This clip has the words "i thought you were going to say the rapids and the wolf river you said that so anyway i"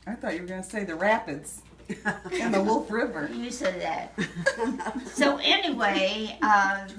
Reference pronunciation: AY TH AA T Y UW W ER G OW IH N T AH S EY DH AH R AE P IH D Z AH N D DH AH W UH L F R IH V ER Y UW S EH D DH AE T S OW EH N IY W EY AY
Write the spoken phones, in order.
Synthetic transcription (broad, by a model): AY TH AA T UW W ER G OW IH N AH S EY DH AH R AE P IH D Z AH N DH AH W UH L F R IH V ER Y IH S EH D DH AE T S OW EH N IY W EY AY